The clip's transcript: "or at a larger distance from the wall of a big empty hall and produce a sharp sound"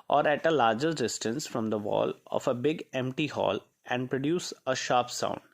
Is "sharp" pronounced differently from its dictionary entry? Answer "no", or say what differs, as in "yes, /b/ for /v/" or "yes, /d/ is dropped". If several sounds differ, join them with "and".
no